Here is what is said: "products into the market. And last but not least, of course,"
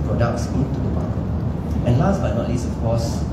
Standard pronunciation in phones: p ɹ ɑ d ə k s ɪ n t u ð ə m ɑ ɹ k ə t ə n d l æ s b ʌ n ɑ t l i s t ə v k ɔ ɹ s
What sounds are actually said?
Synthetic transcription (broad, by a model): p ɹ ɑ d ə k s ɪ n t u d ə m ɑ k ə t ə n l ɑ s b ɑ n ɑ t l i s ə f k ɔ s